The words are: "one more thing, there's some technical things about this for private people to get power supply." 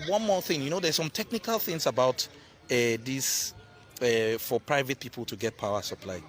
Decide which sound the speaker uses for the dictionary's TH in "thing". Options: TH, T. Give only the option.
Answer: TH